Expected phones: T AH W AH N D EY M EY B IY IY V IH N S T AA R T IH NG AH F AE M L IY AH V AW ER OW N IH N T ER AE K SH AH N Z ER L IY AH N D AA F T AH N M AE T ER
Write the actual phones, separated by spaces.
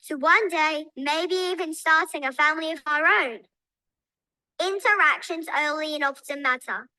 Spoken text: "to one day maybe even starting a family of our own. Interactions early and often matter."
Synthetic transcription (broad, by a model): T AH W AH N D EY M EY B IY IY V IH N S T AA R T IH NG AH F AE M L IY AH V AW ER OW N IH N T ER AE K SH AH N Z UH L IY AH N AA P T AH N M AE T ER